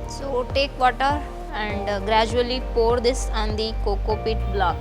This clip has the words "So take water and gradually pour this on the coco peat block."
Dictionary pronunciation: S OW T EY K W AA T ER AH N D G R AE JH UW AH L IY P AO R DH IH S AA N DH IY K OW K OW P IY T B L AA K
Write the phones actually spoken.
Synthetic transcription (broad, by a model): S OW T EY K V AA T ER AH N D G R AE JH UW AH L IY P AO R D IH S AA N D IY K OW K OW P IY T B L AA K